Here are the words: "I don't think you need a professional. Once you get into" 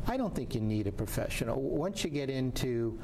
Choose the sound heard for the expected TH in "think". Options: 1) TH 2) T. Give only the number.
1